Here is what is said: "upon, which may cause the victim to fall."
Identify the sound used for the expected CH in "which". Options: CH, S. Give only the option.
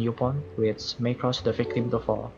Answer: S